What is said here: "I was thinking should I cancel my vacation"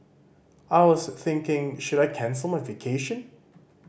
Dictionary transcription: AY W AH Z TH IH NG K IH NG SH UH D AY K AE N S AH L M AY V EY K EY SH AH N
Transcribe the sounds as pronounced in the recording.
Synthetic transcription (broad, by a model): AY W AH Z TH IH NG K IH NG SH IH D AY K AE N S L M AY V EY K EY SH AH N